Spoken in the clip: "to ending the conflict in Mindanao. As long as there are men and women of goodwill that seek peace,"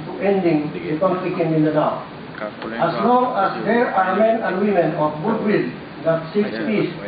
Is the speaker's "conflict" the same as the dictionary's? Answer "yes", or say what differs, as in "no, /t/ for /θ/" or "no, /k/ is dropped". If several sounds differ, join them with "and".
no, /t/ is dropped